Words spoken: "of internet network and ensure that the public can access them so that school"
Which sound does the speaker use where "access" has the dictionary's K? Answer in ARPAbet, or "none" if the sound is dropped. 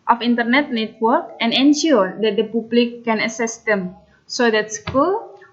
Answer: none